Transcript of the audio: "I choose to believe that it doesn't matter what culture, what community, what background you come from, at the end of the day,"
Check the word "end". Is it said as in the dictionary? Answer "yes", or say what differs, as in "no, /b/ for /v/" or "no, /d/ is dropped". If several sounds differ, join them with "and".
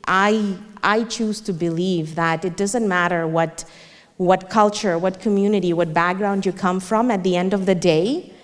yes